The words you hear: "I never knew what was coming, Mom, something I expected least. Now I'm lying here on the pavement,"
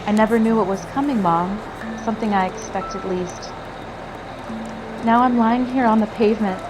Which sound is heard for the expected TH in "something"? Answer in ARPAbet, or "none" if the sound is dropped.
TH